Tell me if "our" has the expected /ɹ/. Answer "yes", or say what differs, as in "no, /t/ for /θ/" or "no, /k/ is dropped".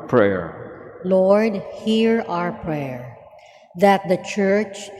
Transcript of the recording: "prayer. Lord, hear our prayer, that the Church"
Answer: yes